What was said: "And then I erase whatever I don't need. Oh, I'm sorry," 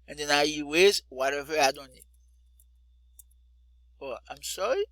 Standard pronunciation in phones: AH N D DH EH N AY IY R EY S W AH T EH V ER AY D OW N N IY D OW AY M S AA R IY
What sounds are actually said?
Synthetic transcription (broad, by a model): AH N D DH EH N AY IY W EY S W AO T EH V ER AY D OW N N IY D OW AY M S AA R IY